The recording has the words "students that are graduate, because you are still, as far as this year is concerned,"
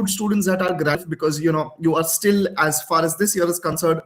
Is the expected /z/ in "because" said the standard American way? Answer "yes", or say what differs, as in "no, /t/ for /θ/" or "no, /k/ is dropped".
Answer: no, /z/ is dropped